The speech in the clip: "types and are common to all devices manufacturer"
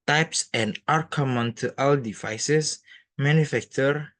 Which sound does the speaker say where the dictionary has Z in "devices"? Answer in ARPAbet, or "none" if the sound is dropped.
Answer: S